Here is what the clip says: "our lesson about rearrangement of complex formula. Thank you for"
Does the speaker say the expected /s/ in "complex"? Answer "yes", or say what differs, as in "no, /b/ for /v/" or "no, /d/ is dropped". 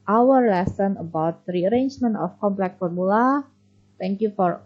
no, /s/ is dropped